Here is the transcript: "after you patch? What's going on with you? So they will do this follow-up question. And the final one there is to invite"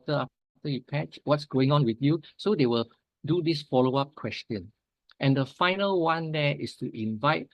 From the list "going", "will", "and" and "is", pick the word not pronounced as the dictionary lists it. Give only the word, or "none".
is